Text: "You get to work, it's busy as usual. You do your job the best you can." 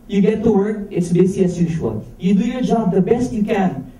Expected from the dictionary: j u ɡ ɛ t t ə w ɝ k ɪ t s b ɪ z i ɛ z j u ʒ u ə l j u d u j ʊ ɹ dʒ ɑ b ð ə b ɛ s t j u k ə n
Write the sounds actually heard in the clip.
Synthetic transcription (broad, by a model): j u ɡ ɛ t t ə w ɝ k ɪ t s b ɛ s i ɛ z j u ʒ u ə l j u d u j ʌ ɹ dʒ ɑ b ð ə b ɛ s t j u k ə n